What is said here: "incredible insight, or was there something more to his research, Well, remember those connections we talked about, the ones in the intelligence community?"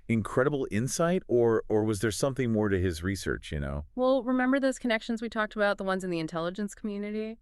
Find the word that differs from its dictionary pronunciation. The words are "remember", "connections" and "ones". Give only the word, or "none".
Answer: none